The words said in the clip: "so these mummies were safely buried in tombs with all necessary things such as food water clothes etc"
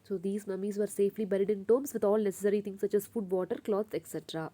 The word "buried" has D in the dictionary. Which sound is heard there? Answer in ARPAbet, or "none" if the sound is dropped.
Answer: D